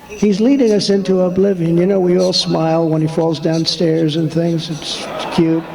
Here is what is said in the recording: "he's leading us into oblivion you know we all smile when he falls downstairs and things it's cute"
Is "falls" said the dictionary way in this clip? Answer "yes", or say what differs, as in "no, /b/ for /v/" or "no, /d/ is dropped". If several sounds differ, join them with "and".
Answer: yes